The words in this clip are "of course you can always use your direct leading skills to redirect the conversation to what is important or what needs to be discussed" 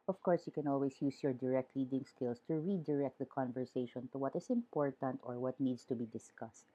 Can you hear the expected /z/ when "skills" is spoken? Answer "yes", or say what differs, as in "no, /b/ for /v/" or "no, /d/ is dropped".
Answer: no, /s/ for /z/